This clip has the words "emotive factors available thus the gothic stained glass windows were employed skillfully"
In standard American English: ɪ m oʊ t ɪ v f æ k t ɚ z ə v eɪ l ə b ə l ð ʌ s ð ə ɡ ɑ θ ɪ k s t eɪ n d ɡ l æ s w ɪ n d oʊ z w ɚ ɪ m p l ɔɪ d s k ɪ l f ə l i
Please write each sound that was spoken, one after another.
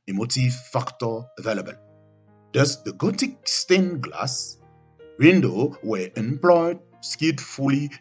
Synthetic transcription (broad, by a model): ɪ m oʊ t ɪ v f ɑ k t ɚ ə v eɪ l ə b ə l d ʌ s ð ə ɡ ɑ t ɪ k s t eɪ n ɡ l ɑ s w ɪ n d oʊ w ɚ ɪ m p l ɔɪ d s k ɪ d f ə l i